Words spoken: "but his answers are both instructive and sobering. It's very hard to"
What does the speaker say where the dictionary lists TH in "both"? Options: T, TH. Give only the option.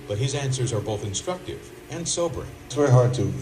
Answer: TH